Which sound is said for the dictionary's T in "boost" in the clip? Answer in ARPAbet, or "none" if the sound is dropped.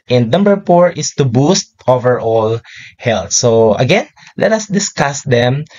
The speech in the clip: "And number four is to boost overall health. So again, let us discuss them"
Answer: T